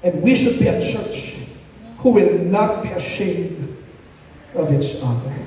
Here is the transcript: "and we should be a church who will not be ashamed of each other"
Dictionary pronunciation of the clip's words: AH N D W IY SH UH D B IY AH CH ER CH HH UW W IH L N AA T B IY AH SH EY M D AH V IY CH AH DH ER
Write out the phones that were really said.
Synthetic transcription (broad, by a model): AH N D W IY SH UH D B IY AH CH ER CH HH UW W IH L N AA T B IY AH SH EY M D AH V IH S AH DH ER